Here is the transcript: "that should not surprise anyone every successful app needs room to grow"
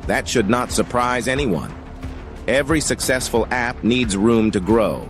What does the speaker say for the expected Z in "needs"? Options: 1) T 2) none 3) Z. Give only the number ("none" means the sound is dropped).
3